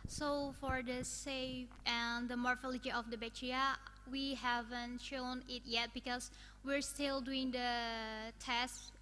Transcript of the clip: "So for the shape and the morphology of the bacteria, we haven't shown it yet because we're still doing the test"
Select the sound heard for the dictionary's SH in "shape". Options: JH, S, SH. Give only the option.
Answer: S